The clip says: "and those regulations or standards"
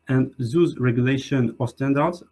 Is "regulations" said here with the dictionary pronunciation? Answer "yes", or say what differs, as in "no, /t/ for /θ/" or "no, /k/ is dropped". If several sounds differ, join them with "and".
no, /z/ is dropped